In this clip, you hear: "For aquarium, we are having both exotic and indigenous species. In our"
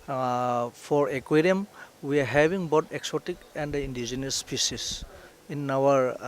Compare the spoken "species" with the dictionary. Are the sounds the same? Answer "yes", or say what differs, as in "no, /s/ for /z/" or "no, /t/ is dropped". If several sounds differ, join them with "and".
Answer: no, /s/ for /ʃ/ and /s/ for /z/